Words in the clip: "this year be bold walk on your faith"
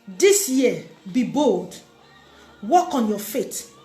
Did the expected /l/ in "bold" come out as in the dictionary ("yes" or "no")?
yes